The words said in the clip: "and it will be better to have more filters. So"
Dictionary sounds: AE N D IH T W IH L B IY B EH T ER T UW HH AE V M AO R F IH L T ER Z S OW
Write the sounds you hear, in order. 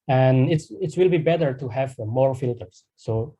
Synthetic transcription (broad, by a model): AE N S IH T W IH L B IY B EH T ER T UW HH AE V M AO R F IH L T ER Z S OW